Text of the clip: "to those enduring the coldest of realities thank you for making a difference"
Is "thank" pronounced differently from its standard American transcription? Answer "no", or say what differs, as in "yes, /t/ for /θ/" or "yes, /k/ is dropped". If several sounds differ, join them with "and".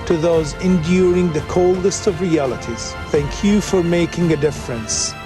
no